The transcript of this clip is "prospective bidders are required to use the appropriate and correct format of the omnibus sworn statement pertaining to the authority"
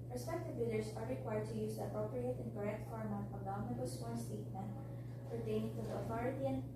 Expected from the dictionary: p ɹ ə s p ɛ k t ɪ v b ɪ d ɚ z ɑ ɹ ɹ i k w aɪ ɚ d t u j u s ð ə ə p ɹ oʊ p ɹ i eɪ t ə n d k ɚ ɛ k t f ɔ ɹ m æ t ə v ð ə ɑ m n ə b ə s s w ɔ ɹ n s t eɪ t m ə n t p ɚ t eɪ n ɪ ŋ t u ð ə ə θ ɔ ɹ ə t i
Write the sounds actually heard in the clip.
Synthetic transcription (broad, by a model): ɹ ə s p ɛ k t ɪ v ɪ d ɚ s ɑ ɹ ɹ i k w aɪ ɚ d t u j u s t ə ə p ɹ oʊ p ɹ i eɪ t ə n k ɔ ɛ k t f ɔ ɹ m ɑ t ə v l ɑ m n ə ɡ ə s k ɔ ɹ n s t eɪ t m ə n t f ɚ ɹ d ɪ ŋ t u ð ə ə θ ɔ ɹ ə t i